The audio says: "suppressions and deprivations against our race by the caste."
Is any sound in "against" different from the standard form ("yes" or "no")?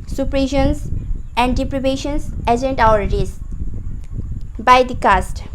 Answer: yes